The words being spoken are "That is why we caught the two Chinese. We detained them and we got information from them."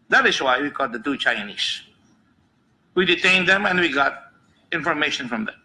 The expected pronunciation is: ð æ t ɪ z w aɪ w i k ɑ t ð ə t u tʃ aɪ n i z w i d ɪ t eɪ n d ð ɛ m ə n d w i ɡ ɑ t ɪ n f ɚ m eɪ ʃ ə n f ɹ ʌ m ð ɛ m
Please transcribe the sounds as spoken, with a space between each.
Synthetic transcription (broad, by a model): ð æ t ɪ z w aɪ w i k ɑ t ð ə t u tʃ aɪ n i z w i d ɪ t eɪ n d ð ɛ m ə n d w i ɡ ɑ t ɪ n f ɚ m eɪ ʃ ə n f ɹ ʌ m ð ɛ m